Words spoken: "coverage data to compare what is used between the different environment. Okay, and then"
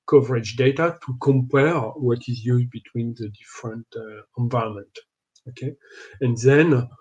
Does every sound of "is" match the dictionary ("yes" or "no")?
yes